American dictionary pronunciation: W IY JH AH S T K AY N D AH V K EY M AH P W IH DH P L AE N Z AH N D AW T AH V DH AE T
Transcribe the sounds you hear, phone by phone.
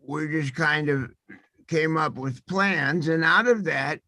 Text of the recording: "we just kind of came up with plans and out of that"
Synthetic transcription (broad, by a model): W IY JH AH S K AY N D AH V K EY M AH P W IH DH P L AE N Z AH N AW T AH V DH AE T